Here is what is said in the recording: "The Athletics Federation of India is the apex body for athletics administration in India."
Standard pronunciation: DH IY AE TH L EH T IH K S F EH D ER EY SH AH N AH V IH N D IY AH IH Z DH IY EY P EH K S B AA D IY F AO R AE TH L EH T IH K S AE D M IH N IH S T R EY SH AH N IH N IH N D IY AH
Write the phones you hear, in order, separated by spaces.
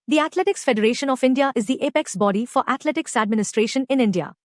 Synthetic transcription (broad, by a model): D IY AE T L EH T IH K S F EH D ER EY SH AH N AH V IH N D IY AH IH Z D IY EY P EH K S B AA D IY F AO R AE T L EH T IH K S AE D M IH N IH S T R EY SH AH N IH N IH N D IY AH